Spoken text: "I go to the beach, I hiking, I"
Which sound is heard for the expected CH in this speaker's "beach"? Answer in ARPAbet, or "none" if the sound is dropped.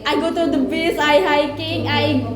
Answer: S